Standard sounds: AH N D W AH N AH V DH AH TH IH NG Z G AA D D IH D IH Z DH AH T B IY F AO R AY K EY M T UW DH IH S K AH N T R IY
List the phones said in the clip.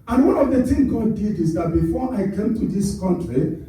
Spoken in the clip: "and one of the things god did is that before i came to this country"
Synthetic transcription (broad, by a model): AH N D W AH N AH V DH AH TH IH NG G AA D D IH D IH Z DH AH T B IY F AO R AY K EY M T UW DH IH S K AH N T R IY